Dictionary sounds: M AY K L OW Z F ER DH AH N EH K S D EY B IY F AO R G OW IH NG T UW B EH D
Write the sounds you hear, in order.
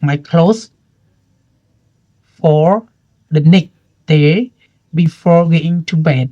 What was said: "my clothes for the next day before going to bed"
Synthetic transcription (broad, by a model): M AY K L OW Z F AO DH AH N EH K D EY B IY F AO R G OW IH NG T UW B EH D